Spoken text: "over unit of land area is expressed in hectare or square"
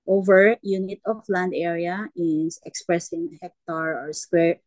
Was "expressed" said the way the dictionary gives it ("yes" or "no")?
no